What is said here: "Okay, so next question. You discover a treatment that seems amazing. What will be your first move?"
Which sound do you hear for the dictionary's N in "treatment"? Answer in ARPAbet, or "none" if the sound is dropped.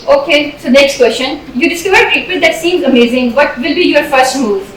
none